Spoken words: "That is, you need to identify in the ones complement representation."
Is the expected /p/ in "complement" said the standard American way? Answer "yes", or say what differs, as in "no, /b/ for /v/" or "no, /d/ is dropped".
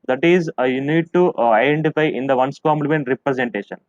no, /p/ is dropped